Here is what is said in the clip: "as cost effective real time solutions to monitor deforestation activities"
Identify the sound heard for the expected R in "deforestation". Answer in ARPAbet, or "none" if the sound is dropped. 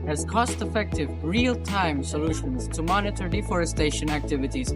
R